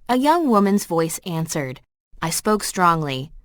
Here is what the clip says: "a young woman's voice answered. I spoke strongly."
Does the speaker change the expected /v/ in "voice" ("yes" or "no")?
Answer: no